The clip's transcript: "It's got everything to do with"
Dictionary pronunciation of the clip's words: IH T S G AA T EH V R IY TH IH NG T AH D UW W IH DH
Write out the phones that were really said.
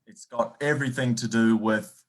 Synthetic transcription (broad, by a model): IH T S G AA T EH V R IY TH IH NG T AH D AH W IH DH